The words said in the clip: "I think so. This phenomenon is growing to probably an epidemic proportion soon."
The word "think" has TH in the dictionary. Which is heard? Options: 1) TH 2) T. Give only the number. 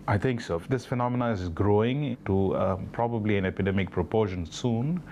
2